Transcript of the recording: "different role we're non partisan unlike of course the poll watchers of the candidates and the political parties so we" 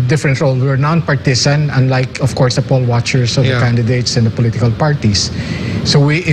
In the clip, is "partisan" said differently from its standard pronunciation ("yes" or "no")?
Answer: yes